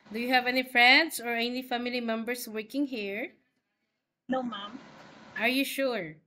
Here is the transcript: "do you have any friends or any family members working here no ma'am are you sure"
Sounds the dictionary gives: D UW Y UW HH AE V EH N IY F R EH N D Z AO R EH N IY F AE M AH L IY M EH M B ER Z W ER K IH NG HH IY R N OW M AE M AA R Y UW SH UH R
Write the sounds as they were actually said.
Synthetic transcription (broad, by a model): D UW Y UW HH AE V EH N IY F R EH N D S AO R EH N IY F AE M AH L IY M EH M B ER S W ER K IH NG HH IY R N OW M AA M AA R Y UW SH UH R